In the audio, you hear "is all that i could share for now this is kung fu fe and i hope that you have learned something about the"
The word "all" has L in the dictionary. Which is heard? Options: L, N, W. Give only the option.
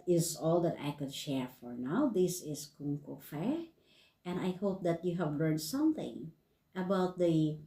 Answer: L